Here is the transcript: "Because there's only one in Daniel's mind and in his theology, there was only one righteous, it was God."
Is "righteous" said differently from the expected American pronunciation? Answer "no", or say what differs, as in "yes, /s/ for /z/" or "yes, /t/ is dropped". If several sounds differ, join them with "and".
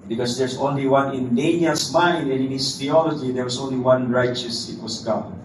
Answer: no